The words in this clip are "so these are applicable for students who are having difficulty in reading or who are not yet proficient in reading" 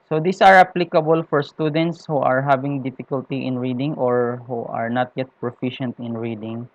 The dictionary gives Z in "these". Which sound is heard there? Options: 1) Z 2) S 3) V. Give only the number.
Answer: 2